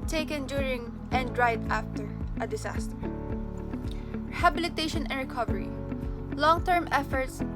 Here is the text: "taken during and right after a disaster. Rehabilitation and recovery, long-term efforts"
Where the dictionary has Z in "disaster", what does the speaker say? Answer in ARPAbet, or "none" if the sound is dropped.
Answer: S